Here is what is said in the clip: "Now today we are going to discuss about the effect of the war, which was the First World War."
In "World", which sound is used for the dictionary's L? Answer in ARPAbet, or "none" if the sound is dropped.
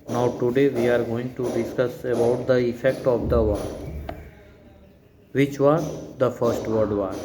none